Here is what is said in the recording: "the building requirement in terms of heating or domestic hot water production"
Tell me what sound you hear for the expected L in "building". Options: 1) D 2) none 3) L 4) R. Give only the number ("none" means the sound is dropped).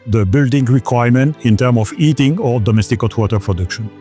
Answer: 3